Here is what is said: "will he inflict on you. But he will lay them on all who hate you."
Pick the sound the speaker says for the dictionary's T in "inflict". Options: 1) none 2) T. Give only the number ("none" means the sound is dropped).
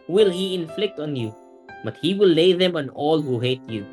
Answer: 2